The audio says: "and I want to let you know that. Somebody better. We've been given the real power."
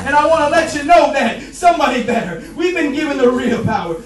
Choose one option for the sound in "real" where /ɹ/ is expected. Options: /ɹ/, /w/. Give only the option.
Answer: /ɹ/